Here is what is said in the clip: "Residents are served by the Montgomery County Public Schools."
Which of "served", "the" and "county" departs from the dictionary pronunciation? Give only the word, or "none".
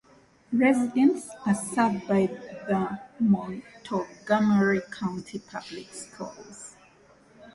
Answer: served